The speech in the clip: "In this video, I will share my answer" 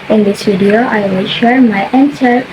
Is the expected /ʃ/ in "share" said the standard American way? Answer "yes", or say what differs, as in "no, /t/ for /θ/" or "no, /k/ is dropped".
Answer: yes